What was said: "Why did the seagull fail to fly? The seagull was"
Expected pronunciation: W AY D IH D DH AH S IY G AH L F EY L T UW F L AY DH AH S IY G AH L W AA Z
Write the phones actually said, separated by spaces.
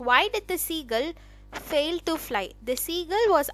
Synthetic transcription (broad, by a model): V AY D IH D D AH S IY G AH L F EY L T UW F L AY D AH S IY G AH L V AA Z